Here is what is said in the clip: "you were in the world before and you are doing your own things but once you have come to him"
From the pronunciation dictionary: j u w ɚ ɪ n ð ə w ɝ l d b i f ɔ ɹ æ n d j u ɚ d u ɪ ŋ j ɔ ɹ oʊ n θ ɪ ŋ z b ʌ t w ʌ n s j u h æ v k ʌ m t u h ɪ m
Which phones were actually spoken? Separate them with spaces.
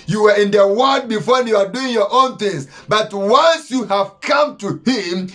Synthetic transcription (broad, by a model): j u w ɚ ɪ n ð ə w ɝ d b i f ɔ ɹ j u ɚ d u ɪ ŋ j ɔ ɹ oʊ n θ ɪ ŋ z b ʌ t w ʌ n s j u h æ v k ʌ m t u h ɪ m